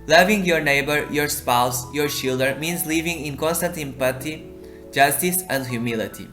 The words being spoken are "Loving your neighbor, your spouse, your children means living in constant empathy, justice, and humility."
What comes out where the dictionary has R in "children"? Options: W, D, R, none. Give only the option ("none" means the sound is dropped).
none